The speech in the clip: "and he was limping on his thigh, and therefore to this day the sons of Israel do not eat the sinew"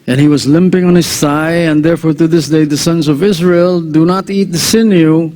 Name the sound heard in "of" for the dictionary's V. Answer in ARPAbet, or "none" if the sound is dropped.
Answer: V